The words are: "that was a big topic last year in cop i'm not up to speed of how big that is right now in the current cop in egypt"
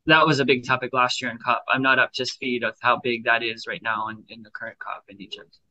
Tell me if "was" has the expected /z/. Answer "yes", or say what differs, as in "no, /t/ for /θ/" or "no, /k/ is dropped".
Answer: yes